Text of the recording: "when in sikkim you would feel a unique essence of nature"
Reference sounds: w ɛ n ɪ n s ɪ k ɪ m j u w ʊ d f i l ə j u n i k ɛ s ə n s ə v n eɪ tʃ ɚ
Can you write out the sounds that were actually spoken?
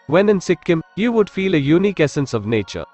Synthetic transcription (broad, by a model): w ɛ n ɪ n s ɪ k ɪ m j u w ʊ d f i l ə j u n i k ɛ s ə n s ə v n eɪ tʃ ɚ